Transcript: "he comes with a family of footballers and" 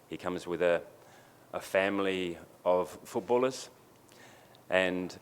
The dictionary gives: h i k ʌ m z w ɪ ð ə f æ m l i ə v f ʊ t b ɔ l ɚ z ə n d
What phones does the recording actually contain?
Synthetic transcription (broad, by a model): h i k ʌ m z w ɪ ð ə f æ m l i ə v f ʊ t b ɔ l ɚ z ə n